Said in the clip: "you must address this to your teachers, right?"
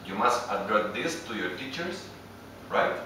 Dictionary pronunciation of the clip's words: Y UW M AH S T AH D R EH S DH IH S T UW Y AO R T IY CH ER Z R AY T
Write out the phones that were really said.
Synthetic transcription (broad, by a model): Y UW M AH S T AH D R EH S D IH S T UW Y AO R T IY CH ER S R AY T